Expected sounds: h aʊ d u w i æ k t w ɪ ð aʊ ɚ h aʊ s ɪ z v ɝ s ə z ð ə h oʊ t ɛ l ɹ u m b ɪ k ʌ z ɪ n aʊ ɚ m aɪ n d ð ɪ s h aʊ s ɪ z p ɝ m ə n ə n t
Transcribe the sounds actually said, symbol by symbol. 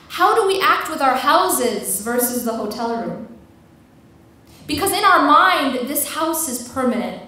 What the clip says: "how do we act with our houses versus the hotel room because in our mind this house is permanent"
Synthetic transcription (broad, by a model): h aʊ d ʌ w i æ k t w ɪ ð aʊ ɚ h aʊ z ɪ z v ɝ s ə z ð ə h oʊ t ɛ l ɹ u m b ɪ k ʌ z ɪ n aʊ ɚ m aɪ n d ð ɪ s h aʊ s ɪ z p ɝ m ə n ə n t